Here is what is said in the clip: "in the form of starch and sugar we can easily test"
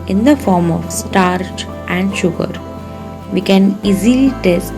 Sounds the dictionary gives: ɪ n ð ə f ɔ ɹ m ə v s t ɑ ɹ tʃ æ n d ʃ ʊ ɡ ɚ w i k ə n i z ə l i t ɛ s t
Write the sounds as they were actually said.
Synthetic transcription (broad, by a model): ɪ n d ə f ɔ ɹ m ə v s t ɑ ɹ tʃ æ n d ʃ ʊ ɡ ɚ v i k ə n i z ə l i t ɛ s t